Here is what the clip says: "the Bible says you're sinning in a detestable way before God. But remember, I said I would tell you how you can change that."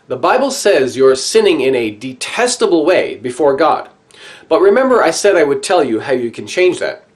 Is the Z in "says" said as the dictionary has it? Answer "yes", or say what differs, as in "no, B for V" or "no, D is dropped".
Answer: yes